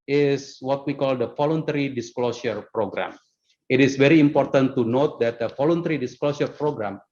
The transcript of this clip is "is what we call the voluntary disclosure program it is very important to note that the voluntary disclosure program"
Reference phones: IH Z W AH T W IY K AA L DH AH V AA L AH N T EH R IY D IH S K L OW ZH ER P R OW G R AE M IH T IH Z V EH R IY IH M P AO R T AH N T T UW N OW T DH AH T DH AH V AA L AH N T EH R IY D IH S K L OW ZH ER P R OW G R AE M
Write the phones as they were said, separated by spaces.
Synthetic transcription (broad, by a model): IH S W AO T W IY K AA L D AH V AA L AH N T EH R IY D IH S K L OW S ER P R OW G R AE M IH T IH S V EH R IY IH M P AO R T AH N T T UW N OW T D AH T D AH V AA L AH N T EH R IY D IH S K L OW S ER P R OW G R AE M